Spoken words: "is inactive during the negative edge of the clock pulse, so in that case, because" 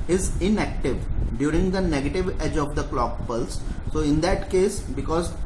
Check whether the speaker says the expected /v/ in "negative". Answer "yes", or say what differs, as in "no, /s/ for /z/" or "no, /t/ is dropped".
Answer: yes